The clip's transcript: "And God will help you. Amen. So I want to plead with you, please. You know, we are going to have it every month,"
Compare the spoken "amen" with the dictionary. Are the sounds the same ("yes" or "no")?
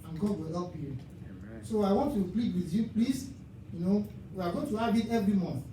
no